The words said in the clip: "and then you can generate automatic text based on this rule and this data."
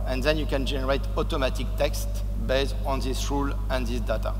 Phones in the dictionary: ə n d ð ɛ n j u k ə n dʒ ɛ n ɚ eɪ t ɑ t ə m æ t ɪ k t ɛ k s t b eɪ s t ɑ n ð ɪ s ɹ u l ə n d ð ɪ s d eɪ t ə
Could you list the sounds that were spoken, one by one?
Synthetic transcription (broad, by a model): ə n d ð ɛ n j u k ə n dʒ ɛ n ɚ eɪ t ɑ t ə m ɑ t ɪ k t ɛ k s t b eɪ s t ɑ n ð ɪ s ɹ u l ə n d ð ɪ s d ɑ t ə